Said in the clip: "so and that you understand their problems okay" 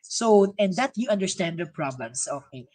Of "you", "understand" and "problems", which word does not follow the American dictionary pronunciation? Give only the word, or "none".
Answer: problems